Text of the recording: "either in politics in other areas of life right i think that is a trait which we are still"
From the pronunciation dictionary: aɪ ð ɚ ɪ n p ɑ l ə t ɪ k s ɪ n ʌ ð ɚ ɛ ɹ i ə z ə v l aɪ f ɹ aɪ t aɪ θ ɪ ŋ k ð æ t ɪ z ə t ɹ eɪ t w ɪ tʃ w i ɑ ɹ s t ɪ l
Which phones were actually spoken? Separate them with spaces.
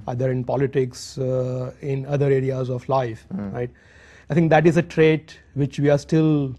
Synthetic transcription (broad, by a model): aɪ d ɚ ɪ n p ɑ l ə t ɪ k s ɪ n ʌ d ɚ ɛ ɹ i ə z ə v l aɪ f ɹ aɪ t aɪ t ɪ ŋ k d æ t ɪ z ə t ɹ eɪ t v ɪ tʃ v i ɑ ɹ s t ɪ l